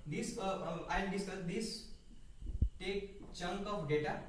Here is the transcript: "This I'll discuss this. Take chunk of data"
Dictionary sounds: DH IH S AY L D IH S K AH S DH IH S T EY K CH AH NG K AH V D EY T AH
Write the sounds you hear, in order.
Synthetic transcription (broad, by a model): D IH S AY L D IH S AH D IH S T EY K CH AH NG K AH P D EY T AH